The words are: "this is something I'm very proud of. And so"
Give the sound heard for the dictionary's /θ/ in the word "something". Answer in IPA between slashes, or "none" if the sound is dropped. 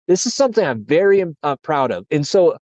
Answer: /θ/